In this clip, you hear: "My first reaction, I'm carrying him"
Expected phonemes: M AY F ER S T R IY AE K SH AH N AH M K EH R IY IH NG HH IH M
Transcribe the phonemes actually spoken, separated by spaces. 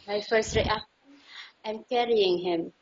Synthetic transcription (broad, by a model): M AY F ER S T R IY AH AH M K EH R IY IH NG HH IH M